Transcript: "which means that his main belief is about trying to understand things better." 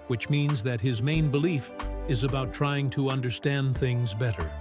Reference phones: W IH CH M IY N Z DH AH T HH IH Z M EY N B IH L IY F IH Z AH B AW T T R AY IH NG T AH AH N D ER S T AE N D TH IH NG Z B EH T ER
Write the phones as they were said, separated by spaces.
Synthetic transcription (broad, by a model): W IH CH M IY N Z DH AH T HH IH Z M EY N B IH L IY F IH Z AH B AW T T R AY IH NG T AH AH N D ER S T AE N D TH IH NG Z B EH T ER